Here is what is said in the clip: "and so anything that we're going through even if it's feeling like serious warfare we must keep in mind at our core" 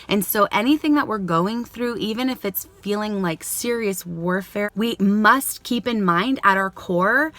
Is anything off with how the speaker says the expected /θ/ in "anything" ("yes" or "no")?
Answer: no